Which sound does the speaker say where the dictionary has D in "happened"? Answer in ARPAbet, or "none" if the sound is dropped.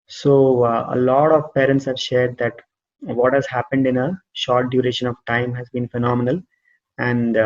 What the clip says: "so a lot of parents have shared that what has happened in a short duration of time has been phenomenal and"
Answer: D